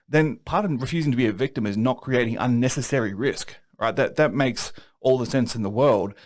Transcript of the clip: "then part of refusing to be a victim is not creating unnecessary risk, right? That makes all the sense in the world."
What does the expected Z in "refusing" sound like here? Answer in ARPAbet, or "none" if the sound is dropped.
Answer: Z